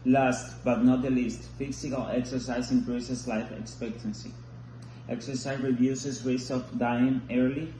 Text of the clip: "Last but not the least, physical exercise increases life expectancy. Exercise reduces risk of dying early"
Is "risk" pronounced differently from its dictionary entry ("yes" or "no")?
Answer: yes